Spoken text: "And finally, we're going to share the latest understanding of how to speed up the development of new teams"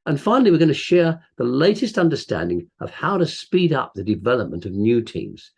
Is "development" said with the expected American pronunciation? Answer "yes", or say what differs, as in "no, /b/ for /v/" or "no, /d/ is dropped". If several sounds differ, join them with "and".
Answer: yes